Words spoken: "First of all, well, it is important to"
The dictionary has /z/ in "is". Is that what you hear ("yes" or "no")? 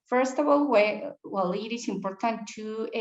no